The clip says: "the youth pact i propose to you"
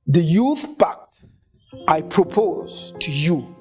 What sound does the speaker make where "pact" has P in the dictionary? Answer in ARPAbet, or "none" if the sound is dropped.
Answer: B